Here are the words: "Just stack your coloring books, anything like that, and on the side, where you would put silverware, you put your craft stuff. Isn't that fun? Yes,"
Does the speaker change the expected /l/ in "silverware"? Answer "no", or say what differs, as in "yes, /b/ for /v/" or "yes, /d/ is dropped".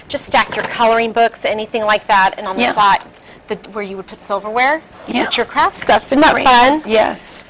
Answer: no